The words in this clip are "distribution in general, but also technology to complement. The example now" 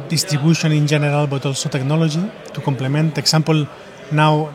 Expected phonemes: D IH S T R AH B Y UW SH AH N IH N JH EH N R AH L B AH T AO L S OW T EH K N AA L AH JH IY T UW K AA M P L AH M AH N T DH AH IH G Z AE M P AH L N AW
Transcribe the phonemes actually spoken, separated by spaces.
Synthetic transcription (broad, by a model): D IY S T R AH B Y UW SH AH N IH N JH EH N R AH L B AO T AO L S OW T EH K N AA L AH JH IY T UW K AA M P L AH M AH N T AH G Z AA M P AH L N AW